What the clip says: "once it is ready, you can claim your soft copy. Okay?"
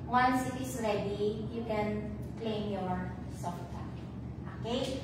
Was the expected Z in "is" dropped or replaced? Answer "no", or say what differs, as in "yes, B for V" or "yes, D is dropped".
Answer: yes, S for Z